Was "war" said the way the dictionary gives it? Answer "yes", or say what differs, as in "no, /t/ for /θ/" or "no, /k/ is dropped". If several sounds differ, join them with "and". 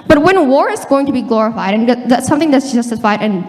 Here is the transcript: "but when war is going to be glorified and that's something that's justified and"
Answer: yes